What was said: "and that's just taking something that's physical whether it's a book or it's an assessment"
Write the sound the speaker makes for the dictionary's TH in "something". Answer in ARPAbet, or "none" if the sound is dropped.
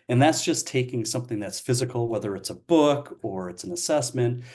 TH